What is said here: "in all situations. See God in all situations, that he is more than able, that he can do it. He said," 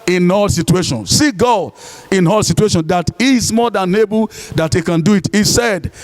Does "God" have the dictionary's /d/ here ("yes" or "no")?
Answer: no